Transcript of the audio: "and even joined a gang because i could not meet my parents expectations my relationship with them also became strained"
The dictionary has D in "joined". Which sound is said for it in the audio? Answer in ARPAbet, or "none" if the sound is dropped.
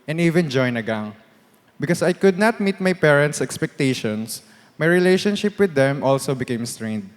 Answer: none